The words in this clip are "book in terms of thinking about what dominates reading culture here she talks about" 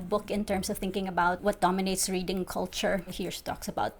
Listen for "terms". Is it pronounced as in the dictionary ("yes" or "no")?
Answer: no